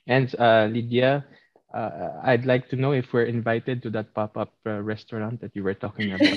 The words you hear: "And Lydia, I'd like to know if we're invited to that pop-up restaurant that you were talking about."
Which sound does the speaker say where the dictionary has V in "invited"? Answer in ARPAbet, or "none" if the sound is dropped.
V